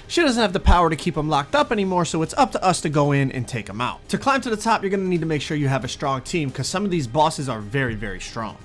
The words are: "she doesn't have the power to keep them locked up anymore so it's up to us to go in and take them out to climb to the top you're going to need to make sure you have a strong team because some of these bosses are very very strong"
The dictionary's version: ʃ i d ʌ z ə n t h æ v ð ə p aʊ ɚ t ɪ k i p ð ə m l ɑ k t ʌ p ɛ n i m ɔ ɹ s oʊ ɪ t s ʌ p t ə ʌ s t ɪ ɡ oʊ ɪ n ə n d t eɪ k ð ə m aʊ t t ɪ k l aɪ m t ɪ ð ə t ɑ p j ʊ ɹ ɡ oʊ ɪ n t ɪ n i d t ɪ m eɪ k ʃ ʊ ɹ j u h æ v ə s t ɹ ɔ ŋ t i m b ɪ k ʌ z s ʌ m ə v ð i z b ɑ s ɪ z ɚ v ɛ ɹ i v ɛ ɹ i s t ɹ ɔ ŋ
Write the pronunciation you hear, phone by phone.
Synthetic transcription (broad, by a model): ʃ i d ʌ z ə n t h æ v ð ə p aʊ ɚ t ɪ k i p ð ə m l ɑ k t ʌ p ɛ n i m ɔ ɹ s oʊ ɪ t s ʌ p t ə ʌ s t ɪ ɡ oʊ ɪ n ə n t eɪ k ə m aʊ t t ɪ k l aɪ m t ɪ ð ə t ɑ p j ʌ ɹ ɡ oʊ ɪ n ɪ n i d t ɪ m eɪ k ʃ ʊ ɹ j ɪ v ə s t ɹ ɔ ŋ t i m k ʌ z s ʌ m ə v ð i z b ɑ s ɪ z ɚ v ɛ ɹ i v ɛ ɹ i s t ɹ ɔ ŋ